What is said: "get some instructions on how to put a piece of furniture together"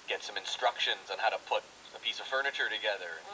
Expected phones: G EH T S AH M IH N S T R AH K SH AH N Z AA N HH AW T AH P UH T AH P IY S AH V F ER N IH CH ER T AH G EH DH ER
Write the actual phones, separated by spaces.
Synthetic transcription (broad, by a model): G EH T S AH M IH N S T R AH K SH AH N Z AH N HH AW T AH P UH T AH P IY S AH V F ER N IH CH ER T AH G EH DH ER